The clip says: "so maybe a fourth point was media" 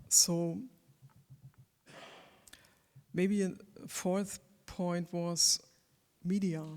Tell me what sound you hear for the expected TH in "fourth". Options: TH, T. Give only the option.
TH